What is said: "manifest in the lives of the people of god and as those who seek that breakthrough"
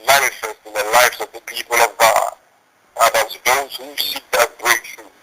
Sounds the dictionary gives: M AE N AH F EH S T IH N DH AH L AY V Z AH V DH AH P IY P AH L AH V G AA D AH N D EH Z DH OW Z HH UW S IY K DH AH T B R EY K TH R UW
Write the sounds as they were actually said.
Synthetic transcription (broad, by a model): M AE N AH F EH S T IH N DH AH L AY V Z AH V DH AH P IY P AH L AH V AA AH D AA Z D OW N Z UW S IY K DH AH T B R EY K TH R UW